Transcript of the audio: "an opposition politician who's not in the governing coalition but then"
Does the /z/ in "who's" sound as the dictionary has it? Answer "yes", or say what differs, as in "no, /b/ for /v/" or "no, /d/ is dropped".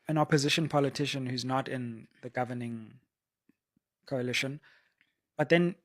yes